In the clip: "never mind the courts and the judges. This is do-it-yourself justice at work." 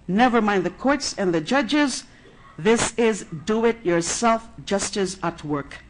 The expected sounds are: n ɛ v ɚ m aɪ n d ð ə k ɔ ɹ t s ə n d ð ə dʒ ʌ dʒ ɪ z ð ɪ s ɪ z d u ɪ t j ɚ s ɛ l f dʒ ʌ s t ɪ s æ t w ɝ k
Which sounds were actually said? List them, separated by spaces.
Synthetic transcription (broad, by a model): n ɛ v ɚ m aɪ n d ð ə k ɔ ɹ t s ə n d ð ə dʒ ʌ dʒ ɪ z ð ɪ s ɪ z d u ɪ t j ɚ s ɛ l f dʒ ʌ s t ɪ s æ t w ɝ k